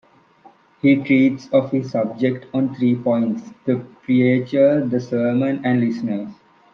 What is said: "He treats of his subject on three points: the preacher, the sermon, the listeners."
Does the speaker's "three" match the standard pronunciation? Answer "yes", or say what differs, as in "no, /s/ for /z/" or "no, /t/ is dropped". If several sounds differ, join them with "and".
no, /t/ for /θ/